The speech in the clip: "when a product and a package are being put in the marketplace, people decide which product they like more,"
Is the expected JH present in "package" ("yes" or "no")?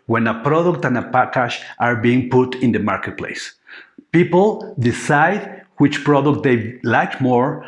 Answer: no